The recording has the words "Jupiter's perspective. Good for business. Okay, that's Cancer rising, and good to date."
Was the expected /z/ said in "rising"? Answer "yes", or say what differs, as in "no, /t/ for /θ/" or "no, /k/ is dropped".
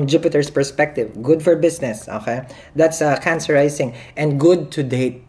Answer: no, /s/ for /z/